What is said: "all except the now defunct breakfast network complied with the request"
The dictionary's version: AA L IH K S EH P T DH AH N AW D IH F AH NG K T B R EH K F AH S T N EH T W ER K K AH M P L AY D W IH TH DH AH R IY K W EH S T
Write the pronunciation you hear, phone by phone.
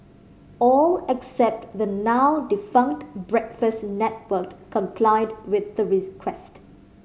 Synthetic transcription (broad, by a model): AA L IH K S EH P T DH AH N AW D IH F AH NG K T B R EH K F AH S T N EH T W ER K K AH M P L AY D W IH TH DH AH R IY K W EH S T